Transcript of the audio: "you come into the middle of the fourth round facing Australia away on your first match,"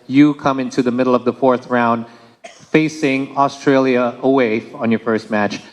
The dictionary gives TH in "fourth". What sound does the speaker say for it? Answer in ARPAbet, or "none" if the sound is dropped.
TH